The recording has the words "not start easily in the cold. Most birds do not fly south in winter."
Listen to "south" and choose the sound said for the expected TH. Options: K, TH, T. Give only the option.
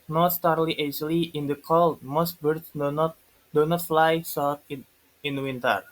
T